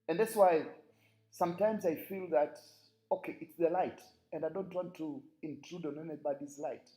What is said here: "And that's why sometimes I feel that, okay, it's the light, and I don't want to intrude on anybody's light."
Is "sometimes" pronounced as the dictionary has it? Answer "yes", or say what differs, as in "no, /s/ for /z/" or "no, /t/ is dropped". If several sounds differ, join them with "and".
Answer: yes